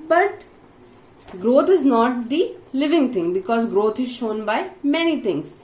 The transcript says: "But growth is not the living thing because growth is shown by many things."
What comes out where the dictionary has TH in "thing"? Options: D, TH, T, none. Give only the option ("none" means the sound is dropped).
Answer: T